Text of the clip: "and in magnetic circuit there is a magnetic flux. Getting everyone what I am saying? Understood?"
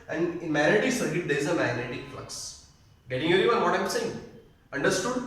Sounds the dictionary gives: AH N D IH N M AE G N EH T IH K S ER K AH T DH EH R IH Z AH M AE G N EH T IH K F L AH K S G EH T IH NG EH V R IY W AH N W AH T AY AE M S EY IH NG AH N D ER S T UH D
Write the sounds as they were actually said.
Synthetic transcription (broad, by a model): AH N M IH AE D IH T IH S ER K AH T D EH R IH Z AH M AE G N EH T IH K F L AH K S G EH T IH NG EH R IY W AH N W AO T AY M S EY IH NG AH N D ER S T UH D